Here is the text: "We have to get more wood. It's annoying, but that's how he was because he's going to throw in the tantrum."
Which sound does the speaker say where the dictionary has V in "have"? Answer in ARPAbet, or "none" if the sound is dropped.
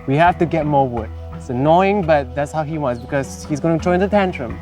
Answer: F